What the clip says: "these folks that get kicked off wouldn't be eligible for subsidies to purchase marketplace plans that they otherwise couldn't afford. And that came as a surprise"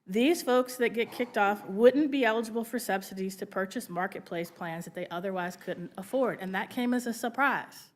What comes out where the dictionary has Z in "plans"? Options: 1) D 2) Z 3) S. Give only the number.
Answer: 2